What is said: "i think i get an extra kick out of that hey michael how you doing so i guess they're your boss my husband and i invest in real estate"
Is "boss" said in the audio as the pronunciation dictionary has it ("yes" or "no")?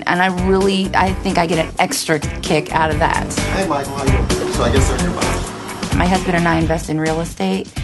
no